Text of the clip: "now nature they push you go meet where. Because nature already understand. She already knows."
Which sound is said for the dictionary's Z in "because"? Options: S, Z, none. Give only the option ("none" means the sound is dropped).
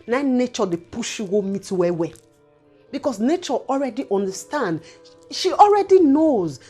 S